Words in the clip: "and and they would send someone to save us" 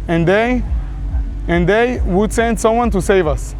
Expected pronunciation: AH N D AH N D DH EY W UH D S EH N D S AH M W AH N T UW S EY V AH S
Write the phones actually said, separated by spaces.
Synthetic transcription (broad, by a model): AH N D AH N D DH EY W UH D S EH N D S AH M W AH N T UW S EY V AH S